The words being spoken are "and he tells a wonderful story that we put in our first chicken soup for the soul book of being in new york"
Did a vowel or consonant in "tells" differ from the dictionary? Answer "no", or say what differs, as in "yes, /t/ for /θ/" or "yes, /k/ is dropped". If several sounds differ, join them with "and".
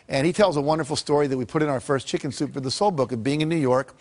no